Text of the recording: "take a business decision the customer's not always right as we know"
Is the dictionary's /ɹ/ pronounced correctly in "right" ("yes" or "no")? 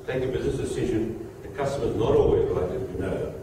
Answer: no